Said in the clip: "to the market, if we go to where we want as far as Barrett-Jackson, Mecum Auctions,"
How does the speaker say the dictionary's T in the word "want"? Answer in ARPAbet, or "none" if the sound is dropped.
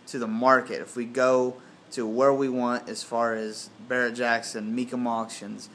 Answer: T